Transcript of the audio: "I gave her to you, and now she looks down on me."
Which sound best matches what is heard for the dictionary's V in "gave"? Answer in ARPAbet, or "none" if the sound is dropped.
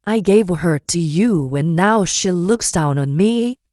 V